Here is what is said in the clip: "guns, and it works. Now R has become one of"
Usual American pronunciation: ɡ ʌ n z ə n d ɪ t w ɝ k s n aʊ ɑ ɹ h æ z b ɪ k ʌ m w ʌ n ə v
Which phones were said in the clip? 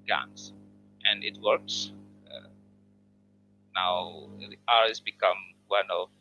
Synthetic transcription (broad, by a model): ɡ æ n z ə n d ɪ t w ɝ k s n aʊ ɑ ɹ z b ɪ k ʌ m w ʌ n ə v